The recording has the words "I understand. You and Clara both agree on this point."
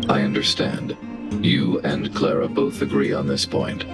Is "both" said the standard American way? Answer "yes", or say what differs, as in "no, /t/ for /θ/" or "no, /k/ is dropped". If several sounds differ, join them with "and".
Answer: yes